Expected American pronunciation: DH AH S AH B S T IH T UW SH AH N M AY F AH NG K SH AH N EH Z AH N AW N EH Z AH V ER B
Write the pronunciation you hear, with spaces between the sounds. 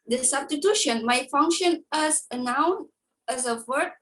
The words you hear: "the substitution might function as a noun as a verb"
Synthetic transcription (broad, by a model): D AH S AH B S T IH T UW SH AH N M AY F AH NG K SH AH N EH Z AH N AW N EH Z AH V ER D